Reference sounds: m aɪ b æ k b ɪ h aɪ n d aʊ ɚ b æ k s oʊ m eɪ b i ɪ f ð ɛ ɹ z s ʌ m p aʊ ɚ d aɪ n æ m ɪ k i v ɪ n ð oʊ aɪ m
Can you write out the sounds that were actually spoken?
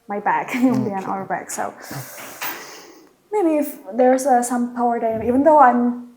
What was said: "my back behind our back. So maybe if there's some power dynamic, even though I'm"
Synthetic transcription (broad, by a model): m aɪ b æ k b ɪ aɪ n aʊ ɚ b æ k s oʊ m eɪ b i ɪ f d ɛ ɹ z s ʌ m p aʊ ɚ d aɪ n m i v ɪ n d oʊ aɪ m